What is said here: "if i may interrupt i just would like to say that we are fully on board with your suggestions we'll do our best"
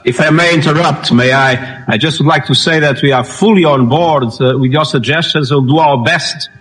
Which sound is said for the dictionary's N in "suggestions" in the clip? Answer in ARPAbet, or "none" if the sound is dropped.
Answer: N